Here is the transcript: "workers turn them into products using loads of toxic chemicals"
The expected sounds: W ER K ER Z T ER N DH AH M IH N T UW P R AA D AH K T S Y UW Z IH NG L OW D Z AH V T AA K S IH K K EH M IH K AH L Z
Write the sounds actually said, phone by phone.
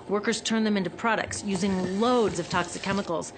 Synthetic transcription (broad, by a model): W ER K ER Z T ER N DH AH M IH N T UW P R AA D AH K T S Y UW Z IH NG L OW D Z AH V T AA K S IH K K EH M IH K L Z